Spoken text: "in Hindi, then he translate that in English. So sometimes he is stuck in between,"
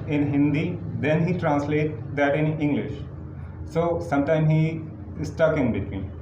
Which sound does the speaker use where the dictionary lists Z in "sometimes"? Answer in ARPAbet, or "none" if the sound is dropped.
none